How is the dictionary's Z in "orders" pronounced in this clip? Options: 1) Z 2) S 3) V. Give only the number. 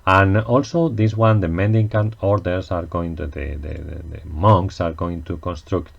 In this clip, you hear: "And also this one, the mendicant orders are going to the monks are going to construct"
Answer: 2